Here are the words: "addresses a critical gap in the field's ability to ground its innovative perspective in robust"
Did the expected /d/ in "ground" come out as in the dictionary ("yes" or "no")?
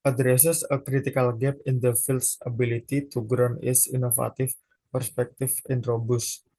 no